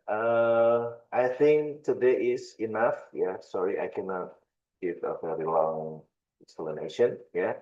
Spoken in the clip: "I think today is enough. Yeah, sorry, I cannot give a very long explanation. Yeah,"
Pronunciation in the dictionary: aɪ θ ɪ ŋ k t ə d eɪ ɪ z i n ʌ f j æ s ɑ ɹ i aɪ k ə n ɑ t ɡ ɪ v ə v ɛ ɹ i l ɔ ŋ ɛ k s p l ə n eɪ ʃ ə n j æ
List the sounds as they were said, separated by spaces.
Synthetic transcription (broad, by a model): aɪ θ ɪ ŋ k t ə d eɪ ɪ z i n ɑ f j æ s ɑ ɹ i aɪ k ə n ɑ t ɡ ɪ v ə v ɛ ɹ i l ɔ ŋ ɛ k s l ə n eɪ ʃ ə n j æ